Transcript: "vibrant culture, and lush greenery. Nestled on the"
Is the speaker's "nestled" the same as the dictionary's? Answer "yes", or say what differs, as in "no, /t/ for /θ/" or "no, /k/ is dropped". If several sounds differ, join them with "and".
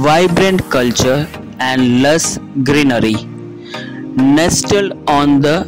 no, /d/ is dropped